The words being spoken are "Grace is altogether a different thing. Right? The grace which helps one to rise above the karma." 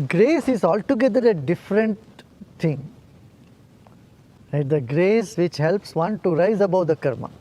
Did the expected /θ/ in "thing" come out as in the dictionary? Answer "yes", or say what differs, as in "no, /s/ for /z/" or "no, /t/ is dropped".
no, /t/ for /θ/